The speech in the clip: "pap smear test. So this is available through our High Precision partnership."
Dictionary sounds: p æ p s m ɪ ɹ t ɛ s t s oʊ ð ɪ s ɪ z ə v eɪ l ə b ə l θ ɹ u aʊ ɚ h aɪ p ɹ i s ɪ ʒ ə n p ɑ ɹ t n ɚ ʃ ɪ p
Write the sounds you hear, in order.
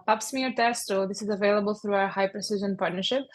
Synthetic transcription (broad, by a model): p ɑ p s m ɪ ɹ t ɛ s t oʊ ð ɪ s ɪ z ə v eɪ l ə b ə l θ ɹ u aʊ ɚ h aɪ p ɹ i s ɪ ʒ ə n p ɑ ɹ t n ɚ ʃ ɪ p